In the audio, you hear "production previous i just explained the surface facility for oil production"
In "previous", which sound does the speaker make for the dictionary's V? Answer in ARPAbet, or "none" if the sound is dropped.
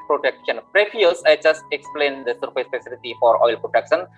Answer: F